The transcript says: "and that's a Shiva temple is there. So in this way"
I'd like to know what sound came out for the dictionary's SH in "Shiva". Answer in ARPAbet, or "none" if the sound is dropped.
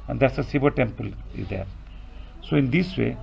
S